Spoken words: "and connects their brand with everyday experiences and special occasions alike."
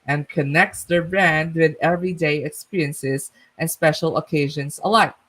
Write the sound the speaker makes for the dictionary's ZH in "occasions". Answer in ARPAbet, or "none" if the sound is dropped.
ZH